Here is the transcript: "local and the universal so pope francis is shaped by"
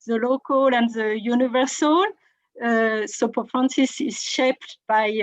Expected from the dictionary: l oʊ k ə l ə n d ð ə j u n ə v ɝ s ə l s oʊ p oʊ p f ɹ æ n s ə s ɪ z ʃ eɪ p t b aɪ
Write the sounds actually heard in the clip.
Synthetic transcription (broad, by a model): l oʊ k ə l ə n d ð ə j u n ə v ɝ s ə l s oʊ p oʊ f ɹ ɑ n s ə s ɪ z ʃ eɪ p t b aɪ